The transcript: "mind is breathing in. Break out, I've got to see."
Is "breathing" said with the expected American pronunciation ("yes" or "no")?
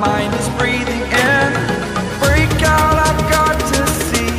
yes